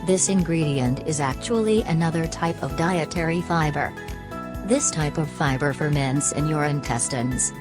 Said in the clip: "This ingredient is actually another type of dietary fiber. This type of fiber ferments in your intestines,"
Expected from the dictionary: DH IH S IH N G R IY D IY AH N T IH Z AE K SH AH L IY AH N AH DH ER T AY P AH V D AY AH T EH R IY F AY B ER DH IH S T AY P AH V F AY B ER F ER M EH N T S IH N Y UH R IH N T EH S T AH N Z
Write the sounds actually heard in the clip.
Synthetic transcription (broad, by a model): DH IH S IH N G R IY D IY AH N T IH Z AE K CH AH L IY AH N AH DH ER T AY P AH V D AY AH T EH R IY F AY B ER DH IH S T AY P AH V F AY B ER F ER M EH N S IH N Y UH R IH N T EH S T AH N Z